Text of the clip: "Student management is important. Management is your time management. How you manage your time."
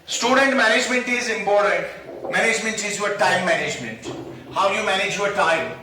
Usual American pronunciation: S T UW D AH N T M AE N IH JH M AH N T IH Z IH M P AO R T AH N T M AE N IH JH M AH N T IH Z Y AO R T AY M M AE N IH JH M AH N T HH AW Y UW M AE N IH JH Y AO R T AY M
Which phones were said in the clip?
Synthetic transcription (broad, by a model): S T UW D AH N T M AE N IH JH M AH N T IH Z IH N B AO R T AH T M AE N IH JH M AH N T IH Z Y AO R T AY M M AE N IH JH M AH N T HH AW Y UW M AE N IH JH Y AO R T AY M